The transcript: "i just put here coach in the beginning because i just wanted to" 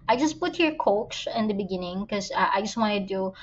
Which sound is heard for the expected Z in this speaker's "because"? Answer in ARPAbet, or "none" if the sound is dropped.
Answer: none